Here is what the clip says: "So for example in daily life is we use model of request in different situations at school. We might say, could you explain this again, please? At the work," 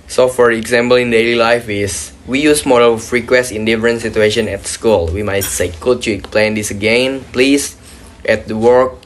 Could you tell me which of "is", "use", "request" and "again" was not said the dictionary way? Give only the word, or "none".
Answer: is